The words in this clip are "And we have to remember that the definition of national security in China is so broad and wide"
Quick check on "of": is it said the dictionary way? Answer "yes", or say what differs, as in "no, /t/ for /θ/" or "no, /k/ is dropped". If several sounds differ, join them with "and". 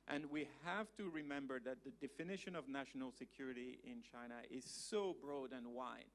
yes